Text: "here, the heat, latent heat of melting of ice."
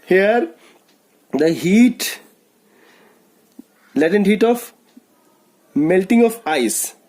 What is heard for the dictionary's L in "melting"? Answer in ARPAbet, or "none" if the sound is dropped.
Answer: L